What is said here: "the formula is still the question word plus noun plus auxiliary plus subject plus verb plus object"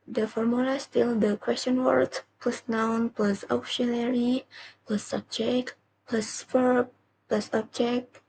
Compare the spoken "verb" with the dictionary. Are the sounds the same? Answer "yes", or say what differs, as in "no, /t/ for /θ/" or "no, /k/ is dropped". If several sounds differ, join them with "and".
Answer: no, /f/ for /v/